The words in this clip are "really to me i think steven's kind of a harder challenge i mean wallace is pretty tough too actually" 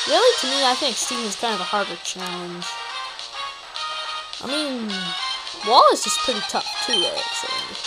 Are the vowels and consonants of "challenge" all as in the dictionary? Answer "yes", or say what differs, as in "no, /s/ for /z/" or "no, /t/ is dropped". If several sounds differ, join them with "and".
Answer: no, /l/ is dropped